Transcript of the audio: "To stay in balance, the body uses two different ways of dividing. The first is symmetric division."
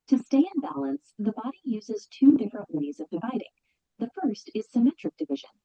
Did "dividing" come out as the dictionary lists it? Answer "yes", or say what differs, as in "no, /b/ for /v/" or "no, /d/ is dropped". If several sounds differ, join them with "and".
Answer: yes